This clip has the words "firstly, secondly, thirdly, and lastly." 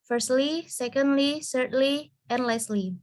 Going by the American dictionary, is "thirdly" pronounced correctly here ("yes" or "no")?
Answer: no